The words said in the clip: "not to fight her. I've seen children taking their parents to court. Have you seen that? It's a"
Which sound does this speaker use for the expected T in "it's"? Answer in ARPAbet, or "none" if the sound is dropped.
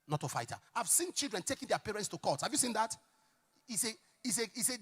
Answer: S